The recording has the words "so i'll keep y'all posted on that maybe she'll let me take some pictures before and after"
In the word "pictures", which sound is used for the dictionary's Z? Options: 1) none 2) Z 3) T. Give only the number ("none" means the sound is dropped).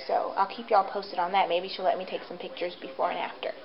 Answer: 2